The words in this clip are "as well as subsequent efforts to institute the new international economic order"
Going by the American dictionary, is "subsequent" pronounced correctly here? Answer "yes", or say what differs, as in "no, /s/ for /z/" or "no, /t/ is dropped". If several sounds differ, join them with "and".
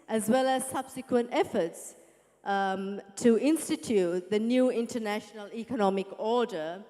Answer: yes